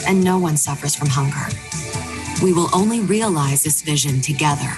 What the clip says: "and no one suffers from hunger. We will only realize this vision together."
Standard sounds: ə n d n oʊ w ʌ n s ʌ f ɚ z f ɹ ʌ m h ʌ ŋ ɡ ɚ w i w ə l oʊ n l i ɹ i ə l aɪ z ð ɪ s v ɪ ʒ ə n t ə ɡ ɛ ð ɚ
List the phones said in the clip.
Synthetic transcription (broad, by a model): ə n n oʊ w ʌ n s ʌ f ɚ z f ɹ ʌ m h ʌ ŋ ɡ ɚ w i w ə l oʊ n l i ɹ i ə l aɪ z ð ɪ s v ɪ ʒ ə n t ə ɡ ɛ ð ɚ